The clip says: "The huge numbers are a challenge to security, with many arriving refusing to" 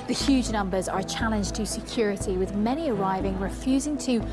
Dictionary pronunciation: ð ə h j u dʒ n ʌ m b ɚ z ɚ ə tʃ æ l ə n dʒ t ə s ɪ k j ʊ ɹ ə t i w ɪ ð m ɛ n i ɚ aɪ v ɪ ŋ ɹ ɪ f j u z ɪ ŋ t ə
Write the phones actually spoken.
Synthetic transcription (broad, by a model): ð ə h j u dʒ n ʌ m b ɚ z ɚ ə tʃ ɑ l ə n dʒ t ə s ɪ k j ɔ ɹ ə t i w ɪ ð m ɛ n i ɚ aɪ v ɪ ŋ ɹ ɪ f j u z ɪ ŋ t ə